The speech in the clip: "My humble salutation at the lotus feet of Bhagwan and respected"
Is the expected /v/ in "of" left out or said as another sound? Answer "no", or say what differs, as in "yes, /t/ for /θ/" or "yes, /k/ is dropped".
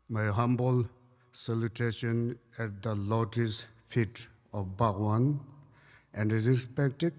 yes, /f/ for /v/